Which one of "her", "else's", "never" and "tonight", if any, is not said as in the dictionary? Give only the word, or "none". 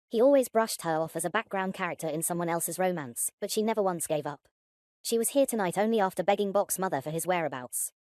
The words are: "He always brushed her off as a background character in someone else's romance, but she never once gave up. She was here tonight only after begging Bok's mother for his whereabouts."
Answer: none